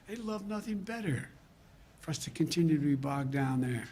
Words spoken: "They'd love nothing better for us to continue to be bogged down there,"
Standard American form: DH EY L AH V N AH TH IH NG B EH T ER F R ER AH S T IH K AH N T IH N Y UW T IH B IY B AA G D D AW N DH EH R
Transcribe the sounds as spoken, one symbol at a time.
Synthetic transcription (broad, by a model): DH EY L AH V N AH TH IH NG B EH T ER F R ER AH S T IH K AH N T IH N Y UW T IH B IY B AA G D D AW N DH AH R